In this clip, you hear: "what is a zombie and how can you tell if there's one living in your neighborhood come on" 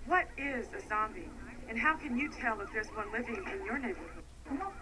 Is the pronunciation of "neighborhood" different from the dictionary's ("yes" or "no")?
yes